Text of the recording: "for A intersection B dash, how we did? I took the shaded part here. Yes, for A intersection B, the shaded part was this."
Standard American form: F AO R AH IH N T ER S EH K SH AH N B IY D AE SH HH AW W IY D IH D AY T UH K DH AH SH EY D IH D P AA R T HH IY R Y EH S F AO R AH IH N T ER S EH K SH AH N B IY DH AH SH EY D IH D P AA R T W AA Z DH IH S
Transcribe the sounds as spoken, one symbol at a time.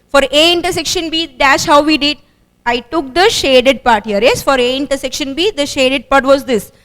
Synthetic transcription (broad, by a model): F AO R AH IH N T ER S EH K SH AH N B IY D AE S HH AW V IY D IH D AY T UH K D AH SH EY D IH D P AA R T HH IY R Y EH S F AO R AH IH N T ER S EH K SH AH N B IY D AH SH EY D IH D P AA R T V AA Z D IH S